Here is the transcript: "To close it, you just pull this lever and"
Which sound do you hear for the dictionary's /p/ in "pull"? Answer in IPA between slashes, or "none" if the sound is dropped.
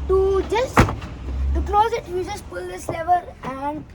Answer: /p/